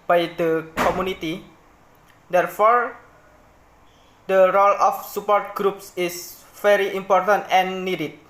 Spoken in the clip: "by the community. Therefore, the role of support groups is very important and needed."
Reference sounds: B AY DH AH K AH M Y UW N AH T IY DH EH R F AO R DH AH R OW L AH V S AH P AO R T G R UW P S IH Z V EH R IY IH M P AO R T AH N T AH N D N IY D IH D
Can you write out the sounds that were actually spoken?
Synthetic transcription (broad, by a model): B AY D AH K AH M Y UW N AH T IY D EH R F AO R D AH R OW L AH F S AH P AO R T G R UW P S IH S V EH R IY IH M P AO R T AH N T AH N N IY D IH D